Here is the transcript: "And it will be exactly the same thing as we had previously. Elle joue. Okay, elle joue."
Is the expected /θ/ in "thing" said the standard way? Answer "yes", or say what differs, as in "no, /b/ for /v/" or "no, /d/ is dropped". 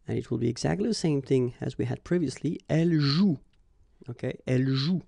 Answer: yes